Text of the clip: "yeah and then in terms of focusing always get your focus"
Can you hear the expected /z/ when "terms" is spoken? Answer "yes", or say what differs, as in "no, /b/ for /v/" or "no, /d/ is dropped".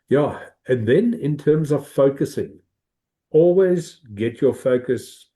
yes